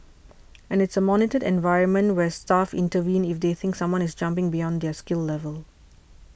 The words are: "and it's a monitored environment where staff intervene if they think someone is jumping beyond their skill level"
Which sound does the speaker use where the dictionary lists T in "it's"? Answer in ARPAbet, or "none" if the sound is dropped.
T